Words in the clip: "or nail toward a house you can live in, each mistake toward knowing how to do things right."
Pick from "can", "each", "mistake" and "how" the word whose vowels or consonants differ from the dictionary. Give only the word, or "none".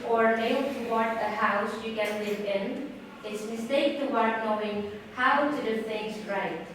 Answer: each